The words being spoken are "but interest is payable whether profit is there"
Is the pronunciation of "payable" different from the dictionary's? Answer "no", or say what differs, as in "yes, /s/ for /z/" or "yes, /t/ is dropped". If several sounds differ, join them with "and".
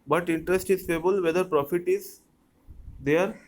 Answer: yes, /f/ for /p/